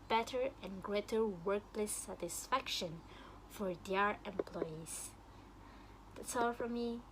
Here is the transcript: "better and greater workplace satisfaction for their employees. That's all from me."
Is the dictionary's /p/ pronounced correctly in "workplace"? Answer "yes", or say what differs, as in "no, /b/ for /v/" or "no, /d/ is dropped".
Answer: no, /p/ is dropped